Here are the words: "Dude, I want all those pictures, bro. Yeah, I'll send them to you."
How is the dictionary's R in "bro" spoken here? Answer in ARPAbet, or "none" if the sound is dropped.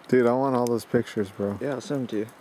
R